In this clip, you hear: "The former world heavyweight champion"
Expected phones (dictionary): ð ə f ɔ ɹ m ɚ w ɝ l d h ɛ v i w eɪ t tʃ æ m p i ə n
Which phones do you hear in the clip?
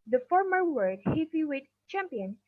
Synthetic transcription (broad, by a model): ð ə f ɔ ɹ m ɚ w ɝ d h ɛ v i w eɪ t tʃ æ m p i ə n